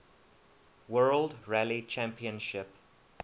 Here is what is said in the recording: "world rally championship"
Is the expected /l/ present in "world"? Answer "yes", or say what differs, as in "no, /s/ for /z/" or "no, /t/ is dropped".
yes